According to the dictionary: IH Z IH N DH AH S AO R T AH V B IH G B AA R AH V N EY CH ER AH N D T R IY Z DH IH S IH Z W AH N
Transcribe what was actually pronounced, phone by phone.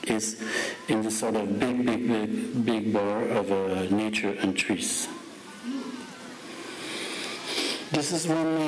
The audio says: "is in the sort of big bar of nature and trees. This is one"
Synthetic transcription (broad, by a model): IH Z IH N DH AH S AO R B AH B B IH G B AA R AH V N EY CH ER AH N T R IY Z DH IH S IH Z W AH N